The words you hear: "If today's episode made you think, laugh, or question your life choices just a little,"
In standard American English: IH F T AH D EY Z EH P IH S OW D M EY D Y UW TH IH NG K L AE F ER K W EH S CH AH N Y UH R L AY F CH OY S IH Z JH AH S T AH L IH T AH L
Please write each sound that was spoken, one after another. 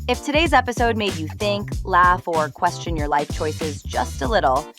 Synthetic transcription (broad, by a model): IH F T AH D EY Z EH P IH S OW D M EY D Y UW TH IH NG K L AE F ER K W EH S CH AH N Y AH R L AY F CH OY S IH Z JH AH S T AH L IH T L